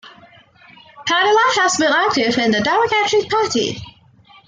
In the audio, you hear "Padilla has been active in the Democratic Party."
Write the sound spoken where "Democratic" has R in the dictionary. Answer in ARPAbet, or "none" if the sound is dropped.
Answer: none